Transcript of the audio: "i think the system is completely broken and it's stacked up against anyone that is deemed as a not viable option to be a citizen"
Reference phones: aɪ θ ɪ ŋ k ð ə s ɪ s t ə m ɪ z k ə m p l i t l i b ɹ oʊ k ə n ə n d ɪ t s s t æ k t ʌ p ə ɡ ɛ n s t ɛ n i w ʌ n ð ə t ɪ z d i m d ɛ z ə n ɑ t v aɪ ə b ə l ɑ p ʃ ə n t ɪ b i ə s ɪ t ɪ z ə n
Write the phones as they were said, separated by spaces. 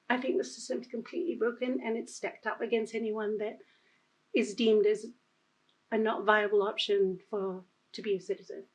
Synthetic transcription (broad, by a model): aɪ θ ɪ ŋ k ð ə s ɪ s t ə m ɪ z k ə m p l i t l i b ɹ oʊ k ə n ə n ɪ t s s t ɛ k t ʌ p ə ɡ ɛ n s t ɛ n i w ʌ n ð ə t ɪ z d i m d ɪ z ə n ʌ t v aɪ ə b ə l ɑ p ʃ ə n t ɪ b i ə s ɪ t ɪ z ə n